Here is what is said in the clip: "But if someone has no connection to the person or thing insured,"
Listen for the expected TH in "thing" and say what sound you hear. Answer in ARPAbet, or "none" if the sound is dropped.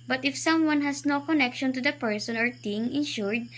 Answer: T